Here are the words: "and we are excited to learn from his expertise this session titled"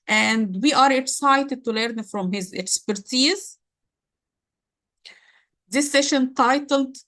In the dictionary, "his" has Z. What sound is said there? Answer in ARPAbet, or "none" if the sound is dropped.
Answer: Z